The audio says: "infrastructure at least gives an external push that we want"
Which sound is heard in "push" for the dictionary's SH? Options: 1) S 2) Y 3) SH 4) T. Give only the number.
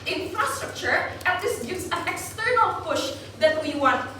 3